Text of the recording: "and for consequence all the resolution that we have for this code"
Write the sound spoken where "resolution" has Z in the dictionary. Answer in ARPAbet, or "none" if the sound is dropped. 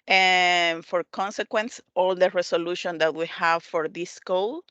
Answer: S